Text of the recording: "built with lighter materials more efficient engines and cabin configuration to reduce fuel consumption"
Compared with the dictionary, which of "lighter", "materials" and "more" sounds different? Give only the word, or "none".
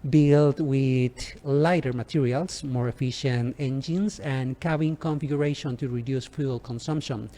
materials